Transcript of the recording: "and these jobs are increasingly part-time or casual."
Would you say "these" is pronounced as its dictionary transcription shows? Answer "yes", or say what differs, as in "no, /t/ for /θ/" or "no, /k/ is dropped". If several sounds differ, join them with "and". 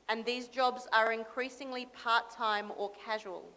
yes